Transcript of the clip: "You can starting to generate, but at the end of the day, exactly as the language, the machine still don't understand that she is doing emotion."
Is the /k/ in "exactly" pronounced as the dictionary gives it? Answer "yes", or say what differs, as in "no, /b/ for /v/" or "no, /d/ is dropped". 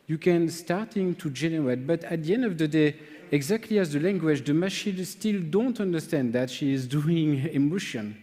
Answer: yes